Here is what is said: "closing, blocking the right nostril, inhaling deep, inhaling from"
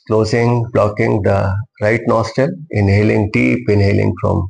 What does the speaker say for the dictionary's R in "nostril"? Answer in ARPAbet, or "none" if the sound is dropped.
none